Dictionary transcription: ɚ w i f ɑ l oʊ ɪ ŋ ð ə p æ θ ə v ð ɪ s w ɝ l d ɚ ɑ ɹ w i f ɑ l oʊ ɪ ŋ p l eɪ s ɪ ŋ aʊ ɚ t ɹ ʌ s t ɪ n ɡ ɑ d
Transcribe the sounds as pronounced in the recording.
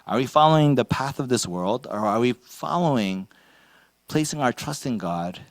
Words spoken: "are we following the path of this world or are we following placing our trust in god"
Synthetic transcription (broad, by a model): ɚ w i f ɑ l oʊ ɪ ŋ ð ə p æ θ ə v ð ɪ s w ɝ l d ɚ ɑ ɹ w i f ɑ l oʊ ɪ ŋ p l eɪ s ɪ ŋ aʊ ɚ t ɹ ʌ s t ɪ n ɡ ɑ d